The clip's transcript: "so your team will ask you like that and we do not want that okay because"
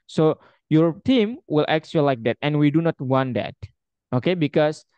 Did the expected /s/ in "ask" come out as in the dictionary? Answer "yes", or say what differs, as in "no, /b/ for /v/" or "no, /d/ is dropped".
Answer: no, /s/ is dropped